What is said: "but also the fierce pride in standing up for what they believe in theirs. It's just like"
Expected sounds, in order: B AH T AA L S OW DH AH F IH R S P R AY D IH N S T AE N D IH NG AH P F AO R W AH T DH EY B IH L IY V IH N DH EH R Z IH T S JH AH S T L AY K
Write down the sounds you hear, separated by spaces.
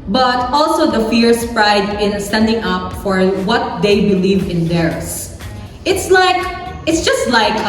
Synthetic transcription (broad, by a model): B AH T AA L S OW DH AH F IH R S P R AY D IH N S T AE N D IH NG AH P F AO R W AH T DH EY B IH L IY V IH N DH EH R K IH T S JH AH S T L AY K